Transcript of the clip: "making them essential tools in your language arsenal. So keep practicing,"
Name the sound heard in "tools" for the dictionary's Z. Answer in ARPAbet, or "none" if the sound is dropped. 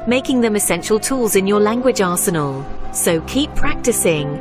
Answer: Z